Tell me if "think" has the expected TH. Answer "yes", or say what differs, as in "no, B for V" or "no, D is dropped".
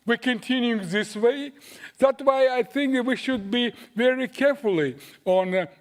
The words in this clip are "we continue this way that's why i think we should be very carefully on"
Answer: yes